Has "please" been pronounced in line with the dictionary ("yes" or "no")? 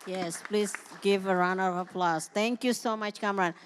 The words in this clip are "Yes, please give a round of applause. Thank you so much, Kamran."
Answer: yes